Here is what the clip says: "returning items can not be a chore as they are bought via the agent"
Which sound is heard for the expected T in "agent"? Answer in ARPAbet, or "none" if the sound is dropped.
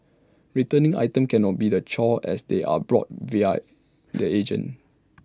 none